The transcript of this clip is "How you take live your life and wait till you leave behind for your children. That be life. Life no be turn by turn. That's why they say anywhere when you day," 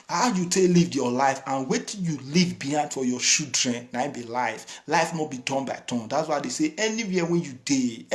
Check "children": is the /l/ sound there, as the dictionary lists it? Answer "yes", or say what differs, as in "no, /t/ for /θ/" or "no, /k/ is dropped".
no, /l/ is dropped